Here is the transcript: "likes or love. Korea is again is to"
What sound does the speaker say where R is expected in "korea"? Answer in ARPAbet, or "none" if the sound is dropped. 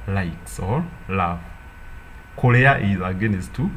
L